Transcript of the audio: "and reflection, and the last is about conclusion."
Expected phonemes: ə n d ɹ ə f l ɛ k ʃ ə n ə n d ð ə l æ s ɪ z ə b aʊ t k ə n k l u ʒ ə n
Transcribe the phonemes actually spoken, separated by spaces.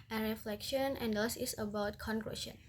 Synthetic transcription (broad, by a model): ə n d ɹ ə f l ɛ k ʃ ə n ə n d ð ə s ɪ s ə b aʊ t k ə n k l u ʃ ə n